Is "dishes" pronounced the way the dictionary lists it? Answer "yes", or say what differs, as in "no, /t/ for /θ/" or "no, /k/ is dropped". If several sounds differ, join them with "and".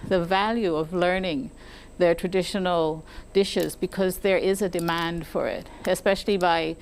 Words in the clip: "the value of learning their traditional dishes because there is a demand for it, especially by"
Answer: yes